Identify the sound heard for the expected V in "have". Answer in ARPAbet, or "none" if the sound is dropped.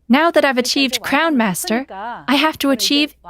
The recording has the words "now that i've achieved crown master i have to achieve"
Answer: F